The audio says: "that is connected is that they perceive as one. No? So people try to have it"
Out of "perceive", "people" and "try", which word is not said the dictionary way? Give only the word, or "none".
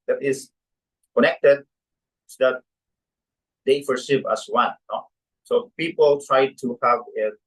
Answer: perceive